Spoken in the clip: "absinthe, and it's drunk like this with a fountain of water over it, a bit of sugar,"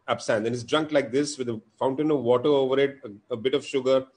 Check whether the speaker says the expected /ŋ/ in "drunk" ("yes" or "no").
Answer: yes